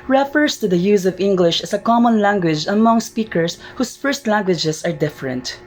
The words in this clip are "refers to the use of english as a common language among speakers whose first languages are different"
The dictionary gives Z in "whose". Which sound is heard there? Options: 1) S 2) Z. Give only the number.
1